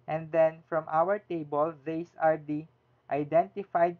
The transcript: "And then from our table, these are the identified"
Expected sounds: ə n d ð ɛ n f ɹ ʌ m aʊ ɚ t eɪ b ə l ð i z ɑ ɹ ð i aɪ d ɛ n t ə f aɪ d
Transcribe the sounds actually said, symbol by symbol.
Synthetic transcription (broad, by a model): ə n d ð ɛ n f ɹ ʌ m aʊ ɚ t eɪ b ə l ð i s ɑ ɹ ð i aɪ d ɛ n t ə f aɪ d